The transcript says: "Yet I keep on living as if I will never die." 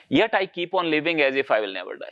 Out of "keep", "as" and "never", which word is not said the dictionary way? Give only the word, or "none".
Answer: none